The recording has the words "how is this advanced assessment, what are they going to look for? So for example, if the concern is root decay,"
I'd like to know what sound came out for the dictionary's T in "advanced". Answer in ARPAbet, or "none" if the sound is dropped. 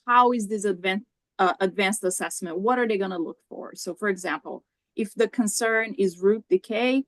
T